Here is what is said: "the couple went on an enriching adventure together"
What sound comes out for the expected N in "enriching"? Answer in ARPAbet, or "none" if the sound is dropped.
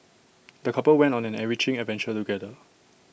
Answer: none